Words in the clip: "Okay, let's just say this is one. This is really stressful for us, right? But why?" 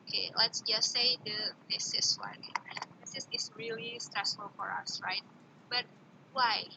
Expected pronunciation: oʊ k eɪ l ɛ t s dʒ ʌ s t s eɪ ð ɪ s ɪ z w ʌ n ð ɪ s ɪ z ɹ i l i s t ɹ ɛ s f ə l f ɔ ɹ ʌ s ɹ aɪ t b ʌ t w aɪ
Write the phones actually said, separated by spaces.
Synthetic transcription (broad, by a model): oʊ k eɪ l ɛ t s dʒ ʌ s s eɪ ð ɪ s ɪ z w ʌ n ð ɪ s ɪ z ɹ i l i s t ɹ ɛ s f ə l f ɔ ɹ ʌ s ɹ aɪ t b ʌ t w aɪ